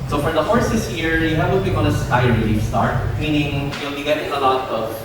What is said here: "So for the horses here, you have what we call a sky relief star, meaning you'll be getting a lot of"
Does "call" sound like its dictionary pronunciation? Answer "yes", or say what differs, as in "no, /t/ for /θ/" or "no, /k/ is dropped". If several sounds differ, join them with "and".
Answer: no, /n/ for /l/